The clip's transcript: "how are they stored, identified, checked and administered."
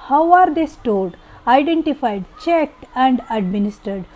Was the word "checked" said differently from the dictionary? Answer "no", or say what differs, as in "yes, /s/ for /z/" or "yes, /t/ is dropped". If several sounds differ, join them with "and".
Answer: no